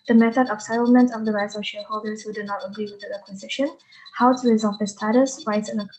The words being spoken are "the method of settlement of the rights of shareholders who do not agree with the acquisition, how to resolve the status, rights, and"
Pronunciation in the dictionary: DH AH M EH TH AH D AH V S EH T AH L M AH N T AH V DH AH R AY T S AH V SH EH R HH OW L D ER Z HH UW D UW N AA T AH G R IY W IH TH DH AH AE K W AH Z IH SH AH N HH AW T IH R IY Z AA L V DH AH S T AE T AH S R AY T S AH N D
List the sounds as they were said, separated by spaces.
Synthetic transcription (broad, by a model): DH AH M EH TH AH D AH V S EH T L M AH N T AH V DH AH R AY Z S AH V SH EH R HH OW L D ER Z HH UW D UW N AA T AH G R IY W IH DH AH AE K W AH Z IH SH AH N HH AW T IH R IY Z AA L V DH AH S T AE T AH S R AY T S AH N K